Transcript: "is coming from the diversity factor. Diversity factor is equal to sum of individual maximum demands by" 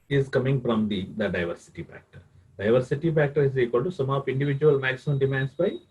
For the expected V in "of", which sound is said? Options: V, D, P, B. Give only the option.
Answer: P